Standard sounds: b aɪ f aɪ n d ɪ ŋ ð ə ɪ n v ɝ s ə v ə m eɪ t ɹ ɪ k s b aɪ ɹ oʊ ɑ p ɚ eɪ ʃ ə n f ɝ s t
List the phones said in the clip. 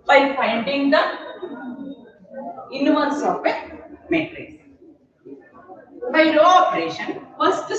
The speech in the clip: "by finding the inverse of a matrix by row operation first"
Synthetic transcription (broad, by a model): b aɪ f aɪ n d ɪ ŋ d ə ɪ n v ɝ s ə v ə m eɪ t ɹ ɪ s b aɪ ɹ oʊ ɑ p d eɪ ʃ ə n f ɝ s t